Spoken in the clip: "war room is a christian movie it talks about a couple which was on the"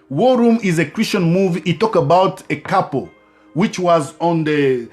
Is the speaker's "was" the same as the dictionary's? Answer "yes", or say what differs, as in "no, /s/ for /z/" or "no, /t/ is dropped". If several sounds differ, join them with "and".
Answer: yes